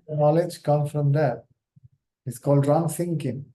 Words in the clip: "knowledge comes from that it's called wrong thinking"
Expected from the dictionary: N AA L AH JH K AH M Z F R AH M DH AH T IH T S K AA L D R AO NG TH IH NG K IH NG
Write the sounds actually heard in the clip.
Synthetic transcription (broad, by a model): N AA L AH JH K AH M F R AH M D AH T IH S K AA L D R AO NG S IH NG K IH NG